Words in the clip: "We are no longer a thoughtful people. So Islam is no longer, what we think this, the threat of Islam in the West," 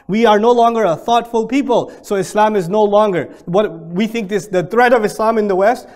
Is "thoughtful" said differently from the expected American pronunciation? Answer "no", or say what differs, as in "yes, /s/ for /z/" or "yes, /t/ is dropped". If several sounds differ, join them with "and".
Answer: no